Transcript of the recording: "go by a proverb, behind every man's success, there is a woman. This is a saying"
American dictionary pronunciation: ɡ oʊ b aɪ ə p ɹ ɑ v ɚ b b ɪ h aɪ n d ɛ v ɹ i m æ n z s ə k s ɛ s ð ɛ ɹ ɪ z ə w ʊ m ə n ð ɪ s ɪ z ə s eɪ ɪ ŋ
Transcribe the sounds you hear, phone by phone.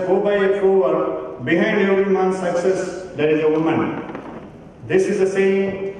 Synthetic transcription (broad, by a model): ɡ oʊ b aɪ ə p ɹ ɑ ɚ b b ɪ h aɪ n d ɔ ɹ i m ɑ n s ə k s ɛ s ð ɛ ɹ ɪ z ə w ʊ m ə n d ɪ s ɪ z ə s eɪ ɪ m